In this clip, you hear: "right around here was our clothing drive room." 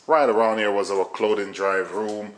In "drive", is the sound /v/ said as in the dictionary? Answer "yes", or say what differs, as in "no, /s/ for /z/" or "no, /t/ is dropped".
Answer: yes